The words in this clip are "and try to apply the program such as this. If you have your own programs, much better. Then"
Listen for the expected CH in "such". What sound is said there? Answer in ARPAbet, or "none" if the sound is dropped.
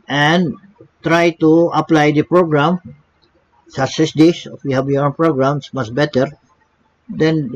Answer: S